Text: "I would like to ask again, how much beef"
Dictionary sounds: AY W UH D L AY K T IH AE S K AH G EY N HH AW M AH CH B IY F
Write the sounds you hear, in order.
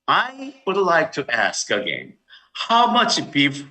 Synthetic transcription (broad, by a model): AY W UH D L AY K T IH AE S K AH G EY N HH AW M AH CH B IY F